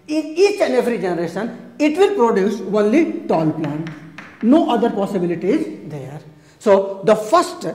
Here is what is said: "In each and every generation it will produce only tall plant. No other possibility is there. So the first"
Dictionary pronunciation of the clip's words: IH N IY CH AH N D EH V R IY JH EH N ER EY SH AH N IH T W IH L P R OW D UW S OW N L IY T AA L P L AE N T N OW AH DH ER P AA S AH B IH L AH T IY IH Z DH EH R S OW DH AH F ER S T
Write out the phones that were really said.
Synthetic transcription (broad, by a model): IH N IY CH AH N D EH V R IY JH EH N ER EY SH AH N IH T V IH L P R OW D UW S OW N L IY T AA L P L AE N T N OW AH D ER P AA S AH B IH L AH T IY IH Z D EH R S OW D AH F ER S T